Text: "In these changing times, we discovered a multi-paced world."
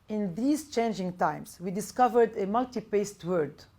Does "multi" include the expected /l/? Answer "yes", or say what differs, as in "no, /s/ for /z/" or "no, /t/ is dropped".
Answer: yes